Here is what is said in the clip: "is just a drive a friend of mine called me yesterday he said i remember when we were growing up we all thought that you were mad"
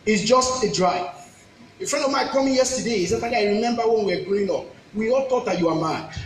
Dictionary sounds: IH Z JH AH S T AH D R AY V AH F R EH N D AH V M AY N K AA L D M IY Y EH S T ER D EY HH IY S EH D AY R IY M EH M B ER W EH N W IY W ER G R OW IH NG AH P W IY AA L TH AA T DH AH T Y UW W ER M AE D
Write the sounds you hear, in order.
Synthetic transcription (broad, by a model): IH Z JH AH S T AH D R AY AH F R EH N D AH V M AY K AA M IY Y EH S T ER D EY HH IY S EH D AY R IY M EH M B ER W EH N W IY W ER G OW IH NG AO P W IY AA L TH AA T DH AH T Y UW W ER M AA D